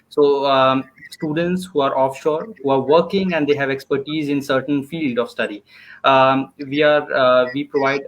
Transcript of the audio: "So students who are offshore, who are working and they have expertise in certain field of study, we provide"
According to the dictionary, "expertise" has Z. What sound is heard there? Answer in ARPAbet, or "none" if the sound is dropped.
Z